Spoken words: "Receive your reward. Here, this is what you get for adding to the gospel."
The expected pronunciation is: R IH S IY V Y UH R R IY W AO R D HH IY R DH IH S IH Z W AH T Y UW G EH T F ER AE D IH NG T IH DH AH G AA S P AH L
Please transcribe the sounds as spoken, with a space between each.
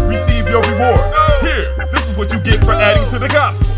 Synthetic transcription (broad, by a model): R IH S IY V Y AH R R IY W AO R HH IY R DH IH S IH Z W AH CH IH G EH T F ER AE D IH NG T IH DH AH G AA S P